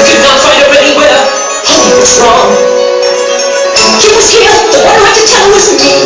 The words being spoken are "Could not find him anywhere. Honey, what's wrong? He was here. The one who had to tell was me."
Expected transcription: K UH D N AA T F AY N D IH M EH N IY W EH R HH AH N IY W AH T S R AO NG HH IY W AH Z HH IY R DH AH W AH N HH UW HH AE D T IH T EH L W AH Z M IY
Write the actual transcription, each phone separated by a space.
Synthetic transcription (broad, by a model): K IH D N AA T F AY N D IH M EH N IY W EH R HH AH IY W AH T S R AO NG HH IY W AH Z HH IY R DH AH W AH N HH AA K T IH T EH L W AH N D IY